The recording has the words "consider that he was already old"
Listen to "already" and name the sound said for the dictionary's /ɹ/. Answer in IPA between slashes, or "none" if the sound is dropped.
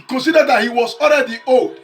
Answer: /l/